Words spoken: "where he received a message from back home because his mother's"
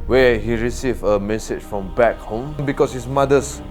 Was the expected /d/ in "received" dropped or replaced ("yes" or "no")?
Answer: yes